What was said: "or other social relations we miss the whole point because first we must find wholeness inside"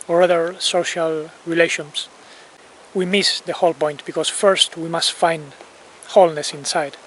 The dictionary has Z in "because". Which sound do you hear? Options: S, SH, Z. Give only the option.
S